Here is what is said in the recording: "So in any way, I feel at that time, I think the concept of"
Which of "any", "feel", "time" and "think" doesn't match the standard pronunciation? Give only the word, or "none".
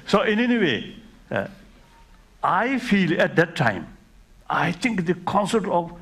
think